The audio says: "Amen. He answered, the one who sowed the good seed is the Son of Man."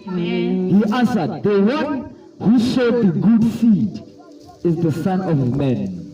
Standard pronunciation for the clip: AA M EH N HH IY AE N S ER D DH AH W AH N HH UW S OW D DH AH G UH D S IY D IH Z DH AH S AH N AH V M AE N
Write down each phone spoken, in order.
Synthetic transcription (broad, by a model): HH IY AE N S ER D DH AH W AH N HH UW SH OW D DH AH G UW D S IY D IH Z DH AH S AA N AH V M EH N